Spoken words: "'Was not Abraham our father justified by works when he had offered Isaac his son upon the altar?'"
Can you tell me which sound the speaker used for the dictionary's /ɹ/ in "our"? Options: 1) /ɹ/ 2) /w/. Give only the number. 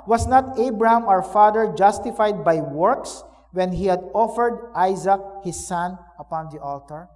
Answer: 2